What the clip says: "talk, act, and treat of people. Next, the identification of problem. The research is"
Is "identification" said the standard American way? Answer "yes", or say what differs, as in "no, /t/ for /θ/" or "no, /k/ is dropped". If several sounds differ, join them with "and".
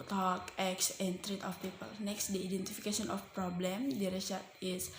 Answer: no, /s/ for /ʃ/